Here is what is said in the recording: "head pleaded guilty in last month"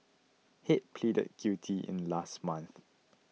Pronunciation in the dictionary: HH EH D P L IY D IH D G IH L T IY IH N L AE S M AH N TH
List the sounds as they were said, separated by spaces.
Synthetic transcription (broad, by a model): HH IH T P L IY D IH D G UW T IY IH N L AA S M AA N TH